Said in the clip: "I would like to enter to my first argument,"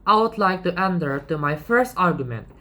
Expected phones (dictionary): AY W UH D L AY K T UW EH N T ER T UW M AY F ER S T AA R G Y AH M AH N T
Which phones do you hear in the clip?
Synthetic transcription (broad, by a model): AY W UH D L AY K T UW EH N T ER T UW M AY F ER S T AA R G Y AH M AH N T